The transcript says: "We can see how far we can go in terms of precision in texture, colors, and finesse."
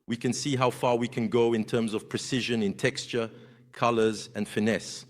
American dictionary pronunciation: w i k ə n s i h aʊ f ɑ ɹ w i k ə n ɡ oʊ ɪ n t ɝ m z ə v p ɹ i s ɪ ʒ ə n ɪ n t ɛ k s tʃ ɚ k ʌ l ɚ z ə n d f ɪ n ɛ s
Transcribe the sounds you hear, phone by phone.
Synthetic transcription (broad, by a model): w i k ə n s i h aʊ f ɑ ɹ w i k ə n ɡ oʊ ɪ n t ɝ m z ə v p ɹ i s ɪ ʒ ə n ɪ n t ɛ k s tʃ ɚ k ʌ l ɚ z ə n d f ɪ n ɛ s